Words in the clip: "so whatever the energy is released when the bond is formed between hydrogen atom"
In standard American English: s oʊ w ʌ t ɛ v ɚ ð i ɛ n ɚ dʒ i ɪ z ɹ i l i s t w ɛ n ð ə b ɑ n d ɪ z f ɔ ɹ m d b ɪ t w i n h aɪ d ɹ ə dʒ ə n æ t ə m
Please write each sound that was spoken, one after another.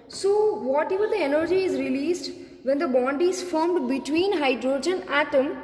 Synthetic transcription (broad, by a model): s oʊ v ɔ t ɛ v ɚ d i ɛ n ɚ dʒ i ɪ z ɹ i l i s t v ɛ n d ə b ɑ n d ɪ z f ɔ ɹ m d b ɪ t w i n h aɪ d ɹ ə dʒ ə n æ t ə m